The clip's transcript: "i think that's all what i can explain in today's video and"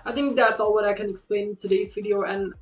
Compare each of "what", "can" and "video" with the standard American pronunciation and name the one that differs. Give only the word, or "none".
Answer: none